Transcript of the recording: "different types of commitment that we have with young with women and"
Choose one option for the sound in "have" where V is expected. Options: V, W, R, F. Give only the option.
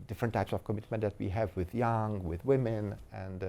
V